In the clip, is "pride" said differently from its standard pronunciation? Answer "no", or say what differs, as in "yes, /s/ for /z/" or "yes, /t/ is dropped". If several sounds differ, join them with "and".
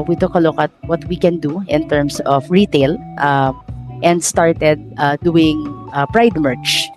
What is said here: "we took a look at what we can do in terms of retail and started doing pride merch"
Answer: no